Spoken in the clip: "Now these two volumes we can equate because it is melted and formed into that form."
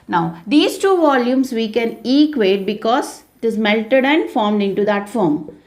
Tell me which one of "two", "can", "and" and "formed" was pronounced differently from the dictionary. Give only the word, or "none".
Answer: none